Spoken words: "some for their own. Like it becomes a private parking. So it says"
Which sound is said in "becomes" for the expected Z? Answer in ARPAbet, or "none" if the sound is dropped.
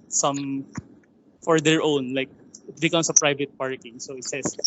S